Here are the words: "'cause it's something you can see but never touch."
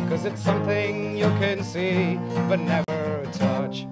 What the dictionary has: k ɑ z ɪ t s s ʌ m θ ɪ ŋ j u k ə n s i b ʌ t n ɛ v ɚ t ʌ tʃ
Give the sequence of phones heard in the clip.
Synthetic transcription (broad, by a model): k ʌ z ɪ t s s ʌ m θ ɪ ŋ j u k ə n s i b ʌ t n ɛ v ɚ t ʌ tʃ